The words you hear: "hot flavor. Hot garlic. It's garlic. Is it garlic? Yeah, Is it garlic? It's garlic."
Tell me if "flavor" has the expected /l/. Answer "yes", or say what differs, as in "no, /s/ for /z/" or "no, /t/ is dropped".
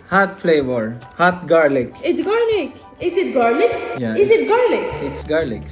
yes